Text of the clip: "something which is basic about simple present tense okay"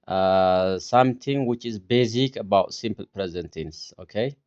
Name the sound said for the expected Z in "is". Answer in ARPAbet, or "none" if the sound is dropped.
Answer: Z